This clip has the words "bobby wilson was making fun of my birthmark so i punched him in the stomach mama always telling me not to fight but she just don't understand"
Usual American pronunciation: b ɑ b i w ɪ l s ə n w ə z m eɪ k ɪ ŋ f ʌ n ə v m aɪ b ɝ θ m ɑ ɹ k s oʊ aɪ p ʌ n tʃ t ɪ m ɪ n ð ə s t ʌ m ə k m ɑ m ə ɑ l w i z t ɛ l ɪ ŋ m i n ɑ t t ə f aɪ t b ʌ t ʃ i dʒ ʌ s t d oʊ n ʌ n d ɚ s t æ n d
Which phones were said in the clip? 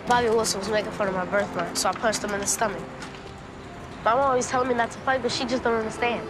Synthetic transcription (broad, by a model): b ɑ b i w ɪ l s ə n w ə z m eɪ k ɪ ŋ f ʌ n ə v m aɪ b ɝ θ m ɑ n s oʊ aɪ p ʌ tʃ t ɪ m ɪ n ð ə s t ʌ m ə k m ɑ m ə ɑ l w i z t ɛ l ɪ ŋ m i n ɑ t t ə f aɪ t b ʌ t ʃ i dʒ ʌ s d oʊ n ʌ n d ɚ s t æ n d